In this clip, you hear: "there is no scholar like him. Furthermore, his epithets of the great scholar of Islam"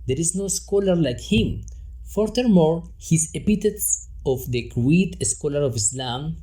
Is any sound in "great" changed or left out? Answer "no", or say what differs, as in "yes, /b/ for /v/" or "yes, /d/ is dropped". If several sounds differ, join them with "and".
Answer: yes, /w/ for /ɹ/